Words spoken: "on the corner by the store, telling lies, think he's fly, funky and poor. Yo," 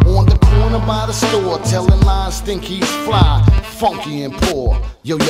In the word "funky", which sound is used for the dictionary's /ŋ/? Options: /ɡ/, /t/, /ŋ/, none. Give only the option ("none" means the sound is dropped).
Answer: /ŋ/